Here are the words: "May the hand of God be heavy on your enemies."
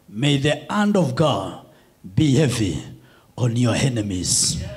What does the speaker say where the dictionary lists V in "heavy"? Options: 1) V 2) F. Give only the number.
1